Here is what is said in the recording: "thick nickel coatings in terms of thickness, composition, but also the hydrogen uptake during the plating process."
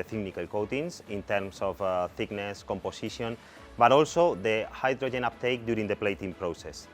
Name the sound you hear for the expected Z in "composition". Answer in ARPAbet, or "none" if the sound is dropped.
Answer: S